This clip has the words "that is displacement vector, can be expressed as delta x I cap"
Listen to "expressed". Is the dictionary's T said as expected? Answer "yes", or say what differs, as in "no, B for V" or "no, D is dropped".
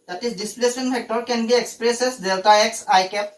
no, T is dropped